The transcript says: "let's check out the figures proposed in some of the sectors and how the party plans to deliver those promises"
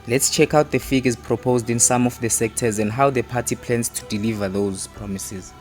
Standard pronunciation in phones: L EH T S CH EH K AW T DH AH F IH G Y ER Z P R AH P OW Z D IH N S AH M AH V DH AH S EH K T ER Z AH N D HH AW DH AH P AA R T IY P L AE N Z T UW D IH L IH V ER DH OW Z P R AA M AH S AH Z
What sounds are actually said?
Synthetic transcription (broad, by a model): L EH T S CH EH K AW T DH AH F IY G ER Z P R AH P OW Z D IH N S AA M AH F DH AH S EH K T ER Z AH N D HH AW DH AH P AA T IY P L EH N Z T UW D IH L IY V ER DH OW Z P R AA M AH S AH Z